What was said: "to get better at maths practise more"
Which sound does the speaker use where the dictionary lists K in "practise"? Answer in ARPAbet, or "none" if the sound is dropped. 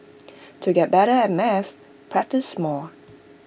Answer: K